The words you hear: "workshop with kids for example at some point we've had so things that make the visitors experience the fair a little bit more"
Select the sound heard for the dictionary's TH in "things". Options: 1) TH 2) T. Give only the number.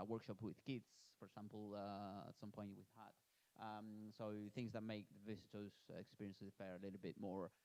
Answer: 1